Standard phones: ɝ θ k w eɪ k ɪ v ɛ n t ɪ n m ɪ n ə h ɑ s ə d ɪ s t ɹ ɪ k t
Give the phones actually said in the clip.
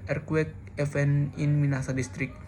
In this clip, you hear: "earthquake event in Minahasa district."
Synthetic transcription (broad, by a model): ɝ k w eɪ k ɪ f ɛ n ɪ n m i n ɑ s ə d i s t ɹ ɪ k